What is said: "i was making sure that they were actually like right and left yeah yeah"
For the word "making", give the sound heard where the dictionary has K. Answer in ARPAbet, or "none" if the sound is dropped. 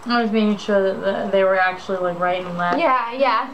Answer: none